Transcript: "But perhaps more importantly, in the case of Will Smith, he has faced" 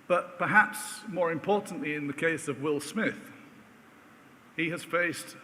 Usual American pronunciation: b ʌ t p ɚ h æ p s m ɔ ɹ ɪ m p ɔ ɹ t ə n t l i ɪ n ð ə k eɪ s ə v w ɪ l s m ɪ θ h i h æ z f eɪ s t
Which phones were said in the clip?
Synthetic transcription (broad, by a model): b ʌ t p ɚ h æ p s m ɔ ɹ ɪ m p ɔ ɹ t n t l i ɪ n ð ə k eɪ s ə v w ɪ l s m ɪ θ h i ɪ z f eɪ s t